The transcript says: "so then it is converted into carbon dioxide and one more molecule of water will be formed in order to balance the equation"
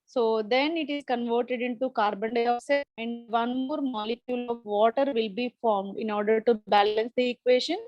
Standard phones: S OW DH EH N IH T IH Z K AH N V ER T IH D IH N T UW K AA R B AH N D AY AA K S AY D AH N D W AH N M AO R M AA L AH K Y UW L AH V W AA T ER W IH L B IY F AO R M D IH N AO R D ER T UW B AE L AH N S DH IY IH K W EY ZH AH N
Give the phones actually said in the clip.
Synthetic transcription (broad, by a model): S OW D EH N IH T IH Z K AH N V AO T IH D IH N T UW K AA R B AH N D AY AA S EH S AH N D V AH N M AO R M AA L AH K Y UW L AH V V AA T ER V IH L B IY F AO R M D IH N AO R D ER T UW B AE L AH N S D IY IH K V EY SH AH N